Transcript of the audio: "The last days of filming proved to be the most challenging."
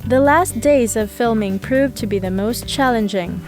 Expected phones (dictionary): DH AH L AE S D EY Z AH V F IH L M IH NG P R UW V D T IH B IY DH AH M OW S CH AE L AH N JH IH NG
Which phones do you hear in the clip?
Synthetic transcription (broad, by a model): DH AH L AE S D EY Z AH V F IH L M IH NG P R UW V T IH B IY DH AH M OW S CH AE L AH N JH IH NG